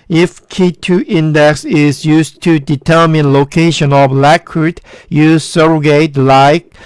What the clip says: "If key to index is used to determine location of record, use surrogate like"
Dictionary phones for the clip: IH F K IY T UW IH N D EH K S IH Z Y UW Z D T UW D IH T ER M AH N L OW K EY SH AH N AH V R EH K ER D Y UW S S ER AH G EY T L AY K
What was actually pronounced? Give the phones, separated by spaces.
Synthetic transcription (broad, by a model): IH F K IY T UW IH N D EH K S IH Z Y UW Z T UW D IH T ER M AH N L OW K EY SH AH N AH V L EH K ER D Y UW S S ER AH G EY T L AY K